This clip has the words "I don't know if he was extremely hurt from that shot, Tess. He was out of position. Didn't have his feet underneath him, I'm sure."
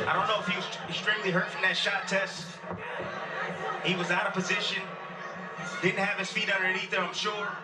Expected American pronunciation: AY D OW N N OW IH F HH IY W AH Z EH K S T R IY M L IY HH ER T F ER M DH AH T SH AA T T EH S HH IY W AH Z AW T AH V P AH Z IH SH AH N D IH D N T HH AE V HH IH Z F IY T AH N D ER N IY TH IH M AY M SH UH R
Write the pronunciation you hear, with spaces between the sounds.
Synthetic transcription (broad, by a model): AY D OW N N OW IH F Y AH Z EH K S T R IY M L IY HH ER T F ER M DH AH T SH AA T T EH S HH IY W AH Z AW T AH V P AH Z IH SH AH N D IH D N T HH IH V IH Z F IY T AH N D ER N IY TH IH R AY M SH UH R